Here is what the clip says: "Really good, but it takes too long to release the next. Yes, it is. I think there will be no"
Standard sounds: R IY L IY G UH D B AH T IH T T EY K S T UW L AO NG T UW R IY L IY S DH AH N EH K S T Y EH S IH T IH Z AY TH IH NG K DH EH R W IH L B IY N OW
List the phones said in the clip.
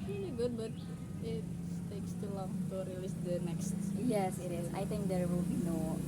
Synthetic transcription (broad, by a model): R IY L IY G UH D B AH T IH T T EY K S T UW L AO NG T UW R IY L IY S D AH N EH K S T Y EH S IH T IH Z AY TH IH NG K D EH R W IH L B IY N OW